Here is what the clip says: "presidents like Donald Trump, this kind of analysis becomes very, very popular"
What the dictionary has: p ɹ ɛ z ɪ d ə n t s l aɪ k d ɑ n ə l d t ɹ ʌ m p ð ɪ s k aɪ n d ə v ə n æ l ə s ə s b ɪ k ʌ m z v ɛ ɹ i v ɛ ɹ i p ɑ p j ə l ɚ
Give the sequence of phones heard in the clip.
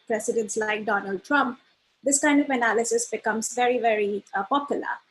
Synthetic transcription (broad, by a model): p ɹ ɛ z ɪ d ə n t s l aɪ k d ɑ n ə l d t ɹ ʌ m p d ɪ s k aɪ n d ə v ə n æ l ə s ə s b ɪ k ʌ m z v ɛ ɹ i v ɛ ɹ i p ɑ p j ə l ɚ